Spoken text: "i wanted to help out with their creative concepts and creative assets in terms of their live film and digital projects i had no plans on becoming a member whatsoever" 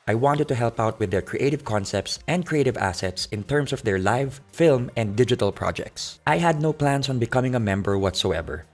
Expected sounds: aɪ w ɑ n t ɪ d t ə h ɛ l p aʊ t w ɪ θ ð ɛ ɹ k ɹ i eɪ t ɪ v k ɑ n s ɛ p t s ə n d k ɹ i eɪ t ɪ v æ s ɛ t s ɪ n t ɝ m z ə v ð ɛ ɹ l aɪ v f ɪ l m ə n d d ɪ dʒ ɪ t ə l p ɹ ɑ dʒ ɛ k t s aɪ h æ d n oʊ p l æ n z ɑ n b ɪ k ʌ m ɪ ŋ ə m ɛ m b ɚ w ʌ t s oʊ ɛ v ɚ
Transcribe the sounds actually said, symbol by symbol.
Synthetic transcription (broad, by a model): aɪ w ɑ n t ɪ d t ə h ɛ l p aʊ t w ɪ ð ɛ ɹ k ɹ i eɪ t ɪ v k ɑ n s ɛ p t s ə n d k ɹ i eɪ t ɪ v æ s ɛ t s ɪ n t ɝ m s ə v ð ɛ ɹ l aɪ v f ɪ l m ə n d d ɪ dʒ ɪ t ə l p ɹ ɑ dʒ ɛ k t s aɪ h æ d n oʊ p l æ n s ɑ n b ɪ k ʌ m ɪ ŋ ə m ɛ m b ɚ w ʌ t s oʊ ɛ v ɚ